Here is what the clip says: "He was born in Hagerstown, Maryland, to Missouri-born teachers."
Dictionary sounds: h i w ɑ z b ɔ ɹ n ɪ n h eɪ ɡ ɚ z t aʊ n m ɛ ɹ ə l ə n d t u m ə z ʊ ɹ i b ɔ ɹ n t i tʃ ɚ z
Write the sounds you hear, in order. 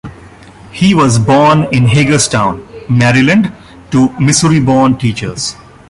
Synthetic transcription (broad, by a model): h i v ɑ z b ɔ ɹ n ɪ n h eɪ ɡ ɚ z t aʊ n m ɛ ɹ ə l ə n d t u m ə s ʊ ɹ i b ɔ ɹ n t i tʃ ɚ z